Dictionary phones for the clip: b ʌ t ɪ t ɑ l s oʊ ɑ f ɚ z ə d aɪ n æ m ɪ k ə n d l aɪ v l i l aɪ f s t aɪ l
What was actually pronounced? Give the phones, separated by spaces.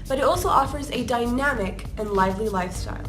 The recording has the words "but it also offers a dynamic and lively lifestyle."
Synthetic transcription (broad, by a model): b ʌ t ɪ t ɑ l s oʊ ɑ f ɚ z ə d aɪ n æ m ɪ k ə n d l aɪ v l i l aɪ f s t aɪ l